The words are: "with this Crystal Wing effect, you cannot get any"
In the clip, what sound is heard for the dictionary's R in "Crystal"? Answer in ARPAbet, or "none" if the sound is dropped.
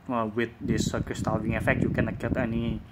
none